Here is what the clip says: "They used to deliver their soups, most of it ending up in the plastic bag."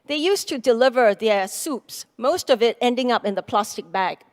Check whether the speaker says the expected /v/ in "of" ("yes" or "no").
yes